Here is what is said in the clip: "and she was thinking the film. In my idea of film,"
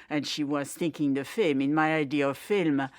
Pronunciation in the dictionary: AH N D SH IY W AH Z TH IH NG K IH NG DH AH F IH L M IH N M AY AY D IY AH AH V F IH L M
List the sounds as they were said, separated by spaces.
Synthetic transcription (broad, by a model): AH N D SH IY W AH Z TH IH NG K IH NG DH AH F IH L M IH N M AY AY D IY AH AH V F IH L M